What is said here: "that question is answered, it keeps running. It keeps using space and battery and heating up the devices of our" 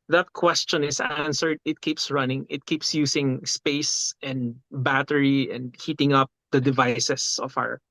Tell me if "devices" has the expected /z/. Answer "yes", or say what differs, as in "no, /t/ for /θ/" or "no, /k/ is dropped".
no, /s/ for /z/